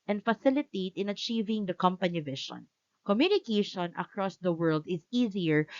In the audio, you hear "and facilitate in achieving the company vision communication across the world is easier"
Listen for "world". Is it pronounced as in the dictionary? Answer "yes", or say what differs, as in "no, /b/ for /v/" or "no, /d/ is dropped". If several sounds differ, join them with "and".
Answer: yes